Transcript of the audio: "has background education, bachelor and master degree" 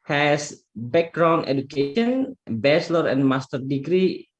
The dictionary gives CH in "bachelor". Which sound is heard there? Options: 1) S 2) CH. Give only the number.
1